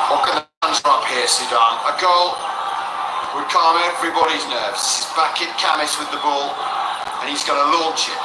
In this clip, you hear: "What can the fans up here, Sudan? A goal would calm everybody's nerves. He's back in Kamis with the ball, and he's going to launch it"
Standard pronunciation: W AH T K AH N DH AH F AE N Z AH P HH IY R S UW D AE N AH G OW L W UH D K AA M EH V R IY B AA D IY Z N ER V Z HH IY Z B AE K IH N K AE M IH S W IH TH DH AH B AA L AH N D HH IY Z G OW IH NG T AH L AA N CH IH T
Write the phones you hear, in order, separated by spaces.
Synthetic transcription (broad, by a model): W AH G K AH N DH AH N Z AH P HH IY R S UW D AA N AH G OW L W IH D K AA M EH V R IY B AA D IY Z N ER V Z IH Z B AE K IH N K AE M IH S W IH DH AH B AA L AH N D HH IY Z G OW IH T AH L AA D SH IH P